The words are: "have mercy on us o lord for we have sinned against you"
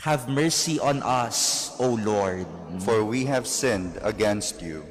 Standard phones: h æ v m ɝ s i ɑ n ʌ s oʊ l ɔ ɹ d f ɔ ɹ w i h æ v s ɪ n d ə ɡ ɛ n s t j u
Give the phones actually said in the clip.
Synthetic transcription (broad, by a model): h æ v m ɝ s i ɑ n ʌ s oʊ l ɔ ɹ d f ɔ ɹ w i h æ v s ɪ n d ə ɡ ɛ n s t j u